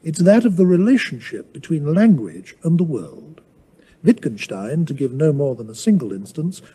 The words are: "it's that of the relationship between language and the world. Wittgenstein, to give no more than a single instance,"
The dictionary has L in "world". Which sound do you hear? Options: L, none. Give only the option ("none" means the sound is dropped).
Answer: L